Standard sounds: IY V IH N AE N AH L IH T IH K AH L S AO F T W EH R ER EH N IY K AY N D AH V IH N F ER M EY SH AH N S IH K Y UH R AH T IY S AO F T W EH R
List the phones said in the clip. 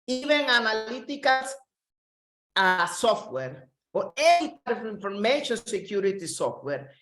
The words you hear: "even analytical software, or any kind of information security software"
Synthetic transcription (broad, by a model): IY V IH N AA N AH L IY T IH K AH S S AO F T W EH R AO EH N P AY D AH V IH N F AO M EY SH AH N S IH K Y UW R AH T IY S AO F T W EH R